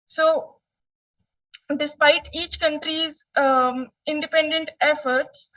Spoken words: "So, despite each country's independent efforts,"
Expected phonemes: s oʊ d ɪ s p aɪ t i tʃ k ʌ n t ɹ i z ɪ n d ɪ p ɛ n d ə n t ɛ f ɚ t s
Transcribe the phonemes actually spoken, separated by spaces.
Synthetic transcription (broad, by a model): s oʊ d ɪ s p aɪ t i tʃ k ʌ n t ɹ i z ɪ n d ɪ p ɛ n d ə n t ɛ f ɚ t s